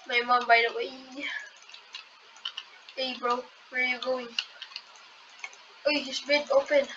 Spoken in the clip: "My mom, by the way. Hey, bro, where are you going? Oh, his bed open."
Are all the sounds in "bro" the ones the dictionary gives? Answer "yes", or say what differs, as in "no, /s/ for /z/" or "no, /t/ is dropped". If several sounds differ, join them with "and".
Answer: yes